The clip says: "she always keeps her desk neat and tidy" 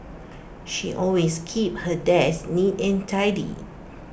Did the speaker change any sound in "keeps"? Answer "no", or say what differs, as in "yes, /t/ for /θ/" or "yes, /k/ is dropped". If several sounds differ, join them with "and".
yes, /s/ is dropped